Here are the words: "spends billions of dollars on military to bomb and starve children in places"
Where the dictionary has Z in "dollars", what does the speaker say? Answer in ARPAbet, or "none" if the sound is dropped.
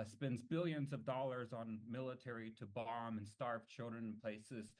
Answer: Z